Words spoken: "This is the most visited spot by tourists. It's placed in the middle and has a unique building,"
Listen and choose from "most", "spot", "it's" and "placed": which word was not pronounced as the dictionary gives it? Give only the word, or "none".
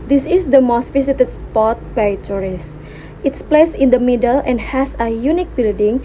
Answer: placed